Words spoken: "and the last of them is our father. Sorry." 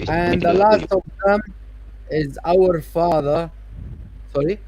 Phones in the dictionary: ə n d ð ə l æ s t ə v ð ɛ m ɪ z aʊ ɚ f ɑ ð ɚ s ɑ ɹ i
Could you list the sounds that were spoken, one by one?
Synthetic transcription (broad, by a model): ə n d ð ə l æ s t ə v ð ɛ m ɪ z aʊ ɚ f ɑ ð ɚ s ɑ ɹ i